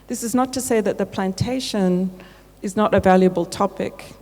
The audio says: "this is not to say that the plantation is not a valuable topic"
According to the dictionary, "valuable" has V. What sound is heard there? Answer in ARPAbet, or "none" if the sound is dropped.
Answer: V